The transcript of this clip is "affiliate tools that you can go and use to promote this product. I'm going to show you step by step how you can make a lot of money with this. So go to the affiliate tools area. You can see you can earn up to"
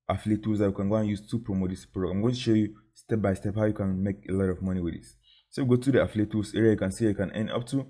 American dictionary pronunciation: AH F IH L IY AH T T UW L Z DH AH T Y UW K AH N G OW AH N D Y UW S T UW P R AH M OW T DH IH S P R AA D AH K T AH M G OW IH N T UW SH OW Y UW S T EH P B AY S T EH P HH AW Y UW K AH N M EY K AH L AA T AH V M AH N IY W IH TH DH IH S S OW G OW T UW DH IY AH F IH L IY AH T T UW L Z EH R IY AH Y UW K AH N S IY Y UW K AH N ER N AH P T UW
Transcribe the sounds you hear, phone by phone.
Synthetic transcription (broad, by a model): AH F L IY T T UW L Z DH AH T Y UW K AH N G OW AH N Y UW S T UW P R AH M OW T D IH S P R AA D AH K AH M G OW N T UW SH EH Y UW S T EH P B AY S T EH P HH AW Y UW K AH N M EY K AH L AA T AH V M AH N IY W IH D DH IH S S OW G OW T UW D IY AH F L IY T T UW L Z EH R IY AH Y UW K AH N S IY Y UW K AH N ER N AH P T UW